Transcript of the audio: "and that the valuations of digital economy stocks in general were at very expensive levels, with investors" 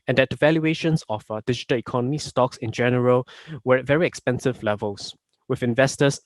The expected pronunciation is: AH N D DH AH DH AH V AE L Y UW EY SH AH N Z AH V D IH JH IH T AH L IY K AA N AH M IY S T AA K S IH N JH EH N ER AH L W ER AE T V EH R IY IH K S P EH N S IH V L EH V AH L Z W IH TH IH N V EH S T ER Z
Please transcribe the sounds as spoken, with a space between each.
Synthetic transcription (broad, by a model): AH N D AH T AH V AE L Y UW EY SH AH N S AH F D IH JH IH T AH L IY K AA N AH M IY S T AA K S IH N JH EH N ER AH L W ER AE T V EH R IY IH K S P EH N S IH V L EH V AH L S W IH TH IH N V EH S T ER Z